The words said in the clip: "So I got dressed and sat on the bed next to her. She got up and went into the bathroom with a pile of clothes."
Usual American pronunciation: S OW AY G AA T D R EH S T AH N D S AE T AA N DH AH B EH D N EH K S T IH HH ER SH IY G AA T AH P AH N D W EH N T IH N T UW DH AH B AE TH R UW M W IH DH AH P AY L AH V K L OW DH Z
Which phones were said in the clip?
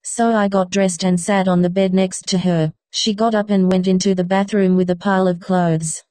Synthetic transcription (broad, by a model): S OW AY G AA T D R EH S T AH N S AE T N DH AH B EH D N EH K S T IH ER SH IY G AA T AH P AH N W EH N T IH N T UW DH AH B AE TH R UW M W IH DH AH P AY L AH V K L OW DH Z